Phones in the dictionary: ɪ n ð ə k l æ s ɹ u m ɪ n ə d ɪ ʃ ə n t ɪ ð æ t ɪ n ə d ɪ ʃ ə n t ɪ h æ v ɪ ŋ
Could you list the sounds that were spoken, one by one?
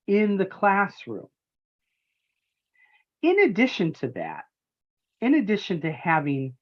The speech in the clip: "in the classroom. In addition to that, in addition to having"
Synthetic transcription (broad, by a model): ɪ n ð ə k l æ s ɹ u m ɪ n ə d ɪ ʃ ə n t ɪ ð æ t ɪ n ə d ɪ ʃ ə n t ɪ h æ v ɪ ŋ